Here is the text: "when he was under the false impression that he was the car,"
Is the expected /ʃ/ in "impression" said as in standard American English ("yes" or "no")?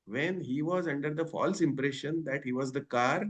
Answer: yes